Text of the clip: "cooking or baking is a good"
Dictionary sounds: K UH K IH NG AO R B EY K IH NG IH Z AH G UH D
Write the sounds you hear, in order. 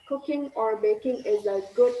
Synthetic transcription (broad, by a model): K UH K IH NG AO R B EY K IH NG IH Z AH G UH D